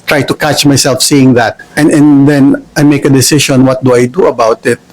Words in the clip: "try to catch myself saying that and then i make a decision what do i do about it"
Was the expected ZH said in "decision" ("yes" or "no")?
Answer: no